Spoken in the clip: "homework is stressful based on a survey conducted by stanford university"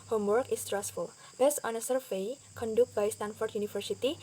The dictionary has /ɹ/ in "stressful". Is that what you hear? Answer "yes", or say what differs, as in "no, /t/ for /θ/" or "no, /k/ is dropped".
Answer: yes